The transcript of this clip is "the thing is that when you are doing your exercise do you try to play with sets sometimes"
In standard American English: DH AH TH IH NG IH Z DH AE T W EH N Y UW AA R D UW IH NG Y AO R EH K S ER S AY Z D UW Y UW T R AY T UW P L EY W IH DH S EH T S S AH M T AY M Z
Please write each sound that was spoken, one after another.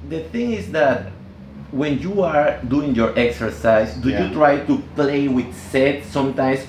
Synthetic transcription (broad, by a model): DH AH TH IH NG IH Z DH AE T W EH N Y UW AA R D UW IH NG Y AO R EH K S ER S AY S D UW Y UW T R AY T UW P L EY W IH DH S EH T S S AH M T AY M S